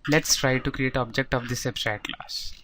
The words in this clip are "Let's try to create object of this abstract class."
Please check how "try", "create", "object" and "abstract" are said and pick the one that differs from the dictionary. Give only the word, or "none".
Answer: abstract